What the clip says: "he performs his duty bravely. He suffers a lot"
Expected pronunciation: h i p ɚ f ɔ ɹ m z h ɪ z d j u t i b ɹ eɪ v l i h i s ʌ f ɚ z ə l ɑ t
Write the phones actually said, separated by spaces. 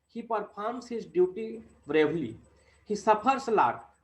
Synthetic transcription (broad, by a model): h i p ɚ p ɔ ɹ m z h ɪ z d j u t i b ɹ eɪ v l i h i s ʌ p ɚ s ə l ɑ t